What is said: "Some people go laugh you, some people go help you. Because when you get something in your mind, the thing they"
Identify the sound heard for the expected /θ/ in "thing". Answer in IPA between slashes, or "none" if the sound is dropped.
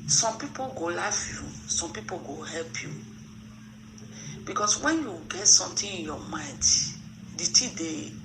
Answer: /t/